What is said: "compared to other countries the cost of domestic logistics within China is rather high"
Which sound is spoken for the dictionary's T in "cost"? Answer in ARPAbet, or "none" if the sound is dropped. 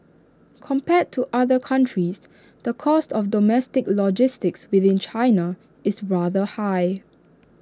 T